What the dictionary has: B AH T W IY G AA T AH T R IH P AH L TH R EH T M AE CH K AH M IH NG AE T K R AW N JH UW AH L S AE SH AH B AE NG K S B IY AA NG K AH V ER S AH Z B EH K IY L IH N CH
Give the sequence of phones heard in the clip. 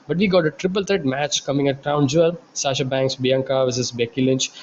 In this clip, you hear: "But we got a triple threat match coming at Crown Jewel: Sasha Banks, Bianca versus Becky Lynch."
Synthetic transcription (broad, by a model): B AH T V IY G AA T AH T R IH P AH L T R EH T M AE CH K AH M IH NG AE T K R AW N JH UW AH L S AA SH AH B AE NG K S B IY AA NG K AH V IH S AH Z B EH K IY L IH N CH